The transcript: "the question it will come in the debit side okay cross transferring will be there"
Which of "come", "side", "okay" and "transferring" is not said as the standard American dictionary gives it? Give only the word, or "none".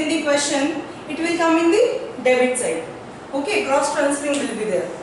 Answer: transferring